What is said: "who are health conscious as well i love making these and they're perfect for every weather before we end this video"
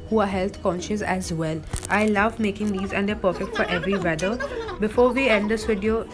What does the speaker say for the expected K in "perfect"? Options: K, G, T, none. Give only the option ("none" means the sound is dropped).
K